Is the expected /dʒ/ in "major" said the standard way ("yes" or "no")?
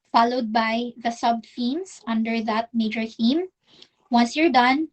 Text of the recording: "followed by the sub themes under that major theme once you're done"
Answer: yes